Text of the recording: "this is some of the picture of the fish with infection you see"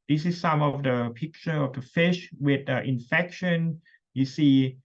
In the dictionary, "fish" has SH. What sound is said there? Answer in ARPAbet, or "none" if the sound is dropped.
SH